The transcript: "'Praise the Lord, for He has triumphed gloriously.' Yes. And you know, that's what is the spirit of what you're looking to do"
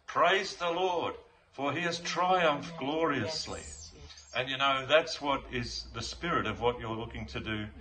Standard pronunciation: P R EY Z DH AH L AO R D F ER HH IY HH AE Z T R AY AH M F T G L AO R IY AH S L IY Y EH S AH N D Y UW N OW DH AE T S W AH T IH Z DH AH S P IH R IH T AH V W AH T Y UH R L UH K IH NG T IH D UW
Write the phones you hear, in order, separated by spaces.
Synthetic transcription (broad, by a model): P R EY Z DH AH L AO R D F ER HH IY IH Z T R AY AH M F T G L AO R IY AH S L IY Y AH N Y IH N OW DH AE T S W AH T IH Z DH AH S P IH R IH T AH V W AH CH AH R L UH K IH NG T IH D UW